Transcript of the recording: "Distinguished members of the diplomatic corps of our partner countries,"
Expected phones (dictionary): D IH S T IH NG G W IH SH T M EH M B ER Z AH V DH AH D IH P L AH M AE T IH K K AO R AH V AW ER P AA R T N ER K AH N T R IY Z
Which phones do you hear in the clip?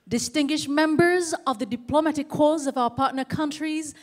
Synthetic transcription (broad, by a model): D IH S T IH NG G W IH SH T M EH M B ER Z AH V DH AH D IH P L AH M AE T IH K K AO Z AH V AW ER P AA R T N ER K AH N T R IY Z